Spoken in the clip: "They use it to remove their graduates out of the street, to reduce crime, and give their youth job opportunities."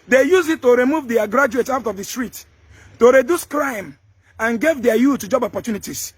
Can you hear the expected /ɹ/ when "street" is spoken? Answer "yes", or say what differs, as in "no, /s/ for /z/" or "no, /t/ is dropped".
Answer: yes